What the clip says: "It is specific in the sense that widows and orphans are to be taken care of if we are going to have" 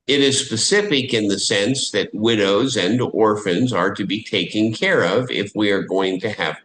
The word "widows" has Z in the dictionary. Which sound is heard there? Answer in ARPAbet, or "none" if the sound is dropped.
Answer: Z